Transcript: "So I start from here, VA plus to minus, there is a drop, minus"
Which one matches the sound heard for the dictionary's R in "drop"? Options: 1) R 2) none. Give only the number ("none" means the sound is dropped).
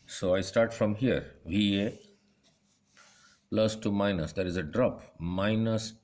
1